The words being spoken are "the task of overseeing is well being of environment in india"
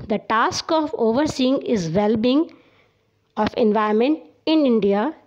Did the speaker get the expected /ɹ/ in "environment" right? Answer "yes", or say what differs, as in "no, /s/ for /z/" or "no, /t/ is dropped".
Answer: no, /ɹ/ is dropped